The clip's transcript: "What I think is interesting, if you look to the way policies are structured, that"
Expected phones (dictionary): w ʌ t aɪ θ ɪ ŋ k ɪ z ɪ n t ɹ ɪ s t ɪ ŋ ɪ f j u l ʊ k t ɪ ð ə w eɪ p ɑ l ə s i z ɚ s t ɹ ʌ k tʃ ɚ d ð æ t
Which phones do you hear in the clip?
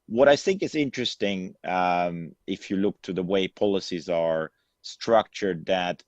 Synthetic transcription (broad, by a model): w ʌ t aɪ θ ɪ ŋ k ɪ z ɪ n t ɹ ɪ s t ɪ ŋ ɪ f j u l ʊ k t ɪ ð ə w eɪ p ɑ l ə s i z ɚ s t ɹ ʌ k tʃ ɚ d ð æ t